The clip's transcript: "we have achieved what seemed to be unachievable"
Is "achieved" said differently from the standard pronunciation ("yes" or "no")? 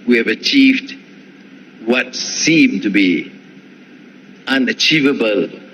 no